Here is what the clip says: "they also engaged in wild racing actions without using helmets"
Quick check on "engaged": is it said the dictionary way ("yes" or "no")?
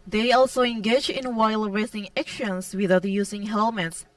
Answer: no